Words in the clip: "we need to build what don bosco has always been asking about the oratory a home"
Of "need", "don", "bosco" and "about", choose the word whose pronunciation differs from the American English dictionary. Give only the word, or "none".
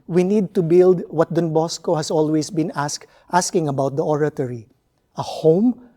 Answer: none